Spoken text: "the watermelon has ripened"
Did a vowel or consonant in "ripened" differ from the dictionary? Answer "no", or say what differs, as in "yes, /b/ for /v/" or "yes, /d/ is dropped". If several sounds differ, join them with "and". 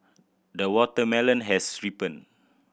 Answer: yes, /d/ is dropped